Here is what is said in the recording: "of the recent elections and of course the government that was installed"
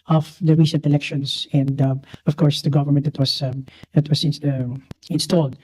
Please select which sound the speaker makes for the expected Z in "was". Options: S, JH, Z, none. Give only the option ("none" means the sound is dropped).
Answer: S